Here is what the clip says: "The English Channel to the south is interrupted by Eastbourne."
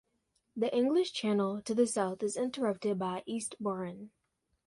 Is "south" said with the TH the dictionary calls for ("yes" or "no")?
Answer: yes